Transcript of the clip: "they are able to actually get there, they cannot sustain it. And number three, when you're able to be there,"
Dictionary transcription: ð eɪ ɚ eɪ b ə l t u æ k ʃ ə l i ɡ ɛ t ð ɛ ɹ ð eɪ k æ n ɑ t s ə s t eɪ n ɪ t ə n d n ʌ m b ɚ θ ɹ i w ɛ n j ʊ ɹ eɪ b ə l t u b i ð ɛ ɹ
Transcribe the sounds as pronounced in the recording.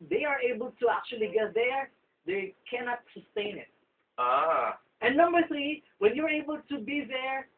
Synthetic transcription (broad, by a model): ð eɪ ɚ eɪ b ə l t u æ k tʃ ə l i ɡ ɛ t ð ɛ ɹ ð eɪ k æ n ɑ t s ə s t eɪ n ɪ t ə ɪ n ʌ m b ɚ θ ɹ i w ɛ n j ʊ ɹ eɪ b ə l t u b i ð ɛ ɹ